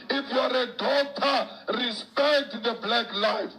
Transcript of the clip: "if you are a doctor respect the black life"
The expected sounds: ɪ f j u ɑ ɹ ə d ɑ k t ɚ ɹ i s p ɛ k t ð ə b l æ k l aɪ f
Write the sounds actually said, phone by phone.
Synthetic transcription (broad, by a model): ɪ f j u ɑ ɹ ə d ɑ t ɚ ɹ i s p ɛ k t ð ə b l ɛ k l aɪ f